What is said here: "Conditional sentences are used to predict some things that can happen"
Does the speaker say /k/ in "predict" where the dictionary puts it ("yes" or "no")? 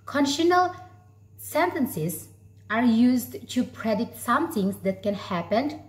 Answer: no